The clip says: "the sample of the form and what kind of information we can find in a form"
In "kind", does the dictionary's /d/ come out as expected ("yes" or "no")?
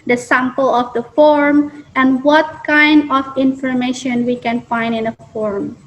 yes